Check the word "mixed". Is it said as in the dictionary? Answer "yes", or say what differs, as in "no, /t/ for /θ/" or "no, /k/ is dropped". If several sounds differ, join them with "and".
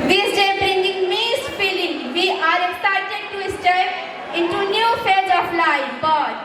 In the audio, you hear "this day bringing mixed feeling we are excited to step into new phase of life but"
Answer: no, /k/ is dropped